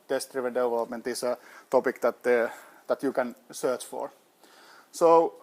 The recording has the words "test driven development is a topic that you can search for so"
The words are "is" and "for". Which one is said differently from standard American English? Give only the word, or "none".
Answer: is